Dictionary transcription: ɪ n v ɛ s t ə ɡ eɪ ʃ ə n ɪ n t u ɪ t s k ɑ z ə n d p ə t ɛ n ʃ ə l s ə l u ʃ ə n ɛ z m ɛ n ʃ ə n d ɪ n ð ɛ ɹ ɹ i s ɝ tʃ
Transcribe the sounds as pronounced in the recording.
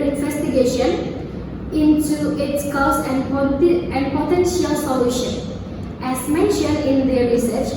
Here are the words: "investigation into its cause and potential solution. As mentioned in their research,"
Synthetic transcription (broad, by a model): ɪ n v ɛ s t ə ɡ eɪ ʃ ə n ɪ n t u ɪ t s k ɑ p ə n d p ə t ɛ n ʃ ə l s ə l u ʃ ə n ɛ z m ɛ n ʃ ə n d ɪ n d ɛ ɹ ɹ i s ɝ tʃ